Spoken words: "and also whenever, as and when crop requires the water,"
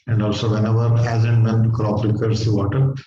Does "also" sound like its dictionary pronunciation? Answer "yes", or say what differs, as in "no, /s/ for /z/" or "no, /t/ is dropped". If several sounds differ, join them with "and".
yes